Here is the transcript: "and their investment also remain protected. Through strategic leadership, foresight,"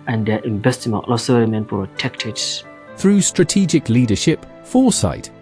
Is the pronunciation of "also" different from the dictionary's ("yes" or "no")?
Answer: yes